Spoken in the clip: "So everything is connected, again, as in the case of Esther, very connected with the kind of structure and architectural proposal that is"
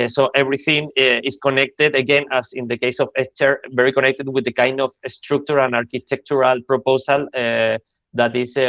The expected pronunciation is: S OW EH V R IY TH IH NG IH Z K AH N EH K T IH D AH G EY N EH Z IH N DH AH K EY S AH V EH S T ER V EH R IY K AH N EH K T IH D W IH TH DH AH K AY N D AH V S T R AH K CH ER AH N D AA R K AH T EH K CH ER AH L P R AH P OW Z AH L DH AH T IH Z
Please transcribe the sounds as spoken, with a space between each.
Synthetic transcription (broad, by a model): S OW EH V R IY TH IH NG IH S K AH N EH K T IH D AH G EY N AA S IH N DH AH K EY S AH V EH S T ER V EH R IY K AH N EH K T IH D W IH DH AH K AY N D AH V S T R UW K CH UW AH N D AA R K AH T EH K CH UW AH L P R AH P OW S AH L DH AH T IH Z